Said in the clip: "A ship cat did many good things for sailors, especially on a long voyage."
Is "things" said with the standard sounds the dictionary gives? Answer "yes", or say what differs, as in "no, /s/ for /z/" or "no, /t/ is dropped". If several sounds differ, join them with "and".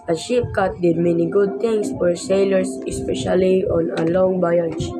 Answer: no, /t/ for /θ/ and /s/ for /z/